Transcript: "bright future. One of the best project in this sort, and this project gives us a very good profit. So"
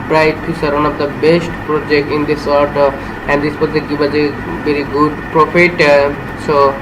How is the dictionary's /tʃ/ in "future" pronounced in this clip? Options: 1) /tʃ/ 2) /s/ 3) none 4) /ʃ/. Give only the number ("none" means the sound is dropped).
2